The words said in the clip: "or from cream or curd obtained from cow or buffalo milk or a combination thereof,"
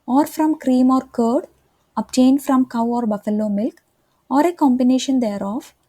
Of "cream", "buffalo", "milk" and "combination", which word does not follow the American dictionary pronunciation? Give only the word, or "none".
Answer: none